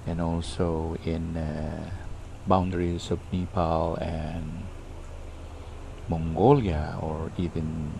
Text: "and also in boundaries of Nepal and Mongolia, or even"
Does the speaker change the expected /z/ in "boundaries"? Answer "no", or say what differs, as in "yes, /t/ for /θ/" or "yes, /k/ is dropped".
yes, /s/ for /z/